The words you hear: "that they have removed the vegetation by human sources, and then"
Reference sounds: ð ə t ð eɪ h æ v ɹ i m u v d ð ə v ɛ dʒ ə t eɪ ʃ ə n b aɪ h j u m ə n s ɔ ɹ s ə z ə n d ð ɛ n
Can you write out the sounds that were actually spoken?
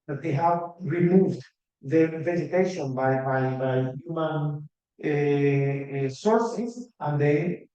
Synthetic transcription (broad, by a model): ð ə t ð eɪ h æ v ɹ i m u v d ð ə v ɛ z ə t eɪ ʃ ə n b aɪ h j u m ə n s ɔ ɹ s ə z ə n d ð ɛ